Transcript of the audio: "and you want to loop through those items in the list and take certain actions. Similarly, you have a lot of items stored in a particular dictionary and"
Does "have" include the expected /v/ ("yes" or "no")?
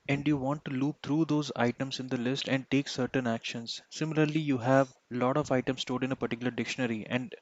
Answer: yes